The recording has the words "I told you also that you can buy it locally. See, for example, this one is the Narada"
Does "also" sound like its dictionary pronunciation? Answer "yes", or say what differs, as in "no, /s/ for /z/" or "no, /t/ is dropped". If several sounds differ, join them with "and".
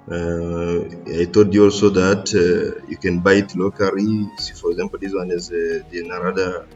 yes